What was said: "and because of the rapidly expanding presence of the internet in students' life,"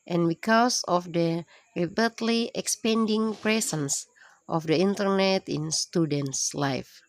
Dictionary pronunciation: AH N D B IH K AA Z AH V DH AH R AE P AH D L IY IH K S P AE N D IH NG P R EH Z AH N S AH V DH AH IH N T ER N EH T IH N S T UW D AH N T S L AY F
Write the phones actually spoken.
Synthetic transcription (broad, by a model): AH N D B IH K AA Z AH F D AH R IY B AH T L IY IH K S P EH N D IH NG P R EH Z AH N S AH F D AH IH N T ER N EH T IH N S T UW D AH N T S L AY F